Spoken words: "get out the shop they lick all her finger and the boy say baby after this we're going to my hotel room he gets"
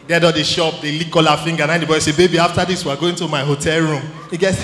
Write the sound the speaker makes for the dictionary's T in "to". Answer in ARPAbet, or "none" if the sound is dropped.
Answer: T